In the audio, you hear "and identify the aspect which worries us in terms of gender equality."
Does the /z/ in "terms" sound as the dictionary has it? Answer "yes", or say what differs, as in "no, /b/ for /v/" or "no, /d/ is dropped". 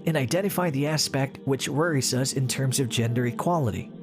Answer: yes